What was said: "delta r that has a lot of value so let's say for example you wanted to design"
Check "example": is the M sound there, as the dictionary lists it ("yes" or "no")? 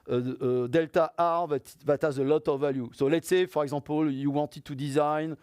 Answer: no